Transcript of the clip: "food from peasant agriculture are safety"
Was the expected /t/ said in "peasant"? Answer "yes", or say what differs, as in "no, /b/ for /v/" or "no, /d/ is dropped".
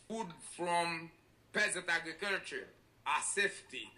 yes